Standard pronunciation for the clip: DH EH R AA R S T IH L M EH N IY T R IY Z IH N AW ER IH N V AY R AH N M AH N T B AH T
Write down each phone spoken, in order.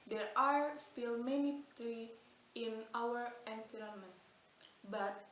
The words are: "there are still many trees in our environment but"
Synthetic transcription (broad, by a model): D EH R AA R S T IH L M EH N IY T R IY IH N AW ER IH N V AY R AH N M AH N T B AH T